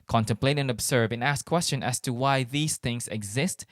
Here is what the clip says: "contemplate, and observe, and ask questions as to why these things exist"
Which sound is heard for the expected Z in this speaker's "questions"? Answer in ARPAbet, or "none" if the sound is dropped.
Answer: none